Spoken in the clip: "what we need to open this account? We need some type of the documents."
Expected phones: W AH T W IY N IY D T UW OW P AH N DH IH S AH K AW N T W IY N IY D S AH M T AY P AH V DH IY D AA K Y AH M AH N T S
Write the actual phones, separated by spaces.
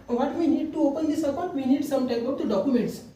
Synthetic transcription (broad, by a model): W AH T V IY N IY D T UW OW P AH N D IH S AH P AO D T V IY N IY D S AH M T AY B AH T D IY D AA K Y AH M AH N T S